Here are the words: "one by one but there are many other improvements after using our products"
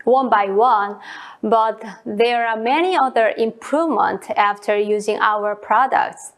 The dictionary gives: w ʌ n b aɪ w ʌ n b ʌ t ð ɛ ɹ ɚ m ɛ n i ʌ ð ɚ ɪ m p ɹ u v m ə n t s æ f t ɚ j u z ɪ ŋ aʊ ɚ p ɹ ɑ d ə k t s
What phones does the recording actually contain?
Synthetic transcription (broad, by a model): w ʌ n b aɪ w ʌ n b ʌ t ð ɛ ɹ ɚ m ɛ n i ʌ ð ɚ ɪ m p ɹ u v m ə n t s æ f t ɚ j u z ɪ ŋ aʊ ɚ p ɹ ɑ d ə k t s